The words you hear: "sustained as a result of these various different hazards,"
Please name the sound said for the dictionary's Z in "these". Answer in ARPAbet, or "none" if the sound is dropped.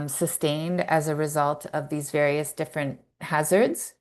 Z